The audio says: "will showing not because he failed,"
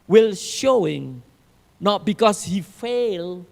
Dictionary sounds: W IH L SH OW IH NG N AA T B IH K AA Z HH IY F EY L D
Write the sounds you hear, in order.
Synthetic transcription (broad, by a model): W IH L SH OW IH NG N AA T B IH K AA S HH IY F EY L